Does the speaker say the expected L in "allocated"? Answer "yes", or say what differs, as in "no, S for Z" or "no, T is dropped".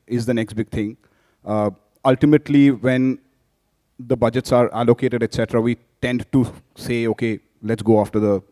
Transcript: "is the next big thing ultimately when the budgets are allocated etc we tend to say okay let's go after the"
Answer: yes